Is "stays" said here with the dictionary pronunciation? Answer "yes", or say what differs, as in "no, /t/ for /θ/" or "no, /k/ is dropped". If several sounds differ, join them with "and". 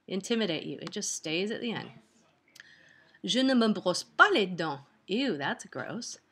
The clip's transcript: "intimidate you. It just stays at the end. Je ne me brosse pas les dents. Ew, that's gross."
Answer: yes